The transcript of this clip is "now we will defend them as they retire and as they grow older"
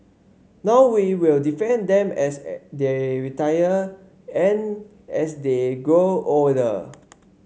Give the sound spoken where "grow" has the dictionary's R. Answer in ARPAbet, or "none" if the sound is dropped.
none